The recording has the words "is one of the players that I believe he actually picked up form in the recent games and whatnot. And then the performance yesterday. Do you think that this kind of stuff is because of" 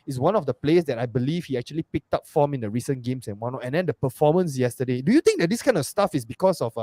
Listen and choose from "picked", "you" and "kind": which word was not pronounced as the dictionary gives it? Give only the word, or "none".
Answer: none